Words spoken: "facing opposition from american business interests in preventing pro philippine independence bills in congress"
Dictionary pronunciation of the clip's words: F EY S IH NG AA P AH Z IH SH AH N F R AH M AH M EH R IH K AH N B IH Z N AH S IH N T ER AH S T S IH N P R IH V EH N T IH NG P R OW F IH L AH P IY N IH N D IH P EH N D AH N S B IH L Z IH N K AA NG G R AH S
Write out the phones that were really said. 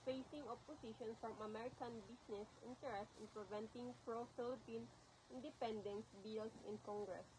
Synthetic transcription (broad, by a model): F EY S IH NG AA P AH S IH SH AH N F R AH M AH M EH R IH K AH N B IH S N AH S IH N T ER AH S T IH N P R IH V EH N T IH NG P R OW F IH L AH P IY N IH N D IH P EH N D AH N S B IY L S IH N K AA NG G R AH S